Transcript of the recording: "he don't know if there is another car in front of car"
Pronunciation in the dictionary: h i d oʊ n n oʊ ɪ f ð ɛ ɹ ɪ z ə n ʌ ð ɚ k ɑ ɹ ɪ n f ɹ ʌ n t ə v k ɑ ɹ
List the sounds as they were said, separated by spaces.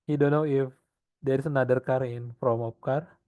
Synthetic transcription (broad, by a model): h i d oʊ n n oʊ ɪ f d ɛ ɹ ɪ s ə n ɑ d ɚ k ɑ ɹ ɪ n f ɹ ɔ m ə p k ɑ ɹ